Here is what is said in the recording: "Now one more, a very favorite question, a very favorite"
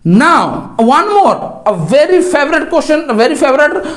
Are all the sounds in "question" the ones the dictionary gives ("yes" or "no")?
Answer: no